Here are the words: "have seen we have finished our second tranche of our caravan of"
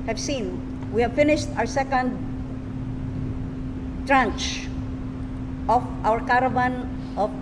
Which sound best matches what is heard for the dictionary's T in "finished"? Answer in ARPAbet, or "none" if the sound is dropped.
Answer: T